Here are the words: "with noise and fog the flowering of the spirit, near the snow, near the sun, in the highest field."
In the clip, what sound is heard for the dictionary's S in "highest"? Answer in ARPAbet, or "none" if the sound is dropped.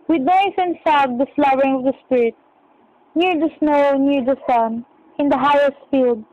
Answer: S